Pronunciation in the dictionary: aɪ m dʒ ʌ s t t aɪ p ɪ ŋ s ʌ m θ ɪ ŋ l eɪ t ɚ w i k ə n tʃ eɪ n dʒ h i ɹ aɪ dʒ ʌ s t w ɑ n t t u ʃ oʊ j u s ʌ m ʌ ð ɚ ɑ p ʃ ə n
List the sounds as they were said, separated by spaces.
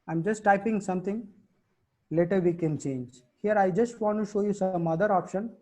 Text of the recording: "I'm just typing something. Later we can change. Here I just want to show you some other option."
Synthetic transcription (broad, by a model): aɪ m dʒ ʌ s t t aɪ p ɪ ŋ s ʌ m t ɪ ŋ l eɪ t ɚ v i k ə n tʃ eɪ n dʒ h i ɹ aɪ dʒ ʌ s t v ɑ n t t u ʃ oʊ j u s ʌ m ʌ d ɚ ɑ p ʃ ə n